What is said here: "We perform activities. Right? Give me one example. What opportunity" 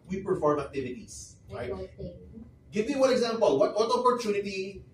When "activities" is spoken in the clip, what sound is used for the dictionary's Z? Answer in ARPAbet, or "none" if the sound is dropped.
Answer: S